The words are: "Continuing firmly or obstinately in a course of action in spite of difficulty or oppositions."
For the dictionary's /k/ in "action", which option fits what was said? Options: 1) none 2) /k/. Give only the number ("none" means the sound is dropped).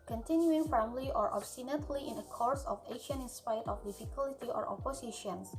1